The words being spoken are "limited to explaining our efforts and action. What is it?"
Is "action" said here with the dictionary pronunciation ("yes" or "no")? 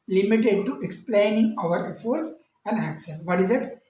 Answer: no